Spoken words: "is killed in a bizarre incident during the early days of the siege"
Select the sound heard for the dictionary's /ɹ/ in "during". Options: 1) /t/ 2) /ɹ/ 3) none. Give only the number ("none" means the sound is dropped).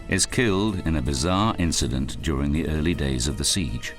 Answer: 2